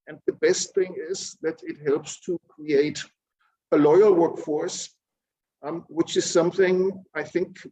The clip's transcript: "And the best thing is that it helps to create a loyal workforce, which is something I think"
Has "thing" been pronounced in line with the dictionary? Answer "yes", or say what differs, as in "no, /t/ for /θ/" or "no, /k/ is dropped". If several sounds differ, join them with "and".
yes